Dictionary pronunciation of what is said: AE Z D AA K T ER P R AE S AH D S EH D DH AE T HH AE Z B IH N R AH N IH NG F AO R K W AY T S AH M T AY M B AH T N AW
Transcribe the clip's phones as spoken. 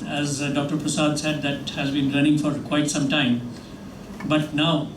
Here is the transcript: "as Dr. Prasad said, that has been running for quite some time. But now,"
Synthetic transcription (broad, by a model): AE Z D AA K T ER P R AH S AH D S EH D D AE T HH AE Z B IH N R AH N IH NG F AO R K W AY T S AH M T AY M B AH T N AW